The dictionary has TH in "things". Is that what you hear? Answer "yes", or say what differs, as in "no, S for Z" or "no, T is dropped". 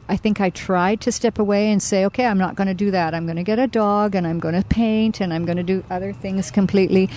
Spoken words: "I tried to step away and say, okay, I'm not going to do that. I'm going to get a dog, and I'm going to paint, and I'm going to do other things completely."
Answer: yes